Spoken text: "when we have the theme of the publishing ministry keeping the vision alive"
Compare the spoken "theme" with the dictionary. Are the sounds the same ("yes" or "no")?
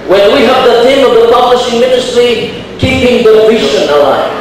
no